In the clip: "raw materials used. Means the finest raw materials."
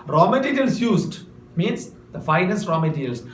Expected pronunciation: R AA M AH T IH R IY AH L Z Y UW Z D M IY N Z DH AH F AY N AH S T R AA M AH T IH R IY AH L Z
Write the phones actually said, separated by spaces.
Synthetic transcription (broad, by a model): R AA M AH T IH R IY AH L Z Y UW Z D M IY N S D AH F AY N AH S T R AA M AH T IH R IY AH L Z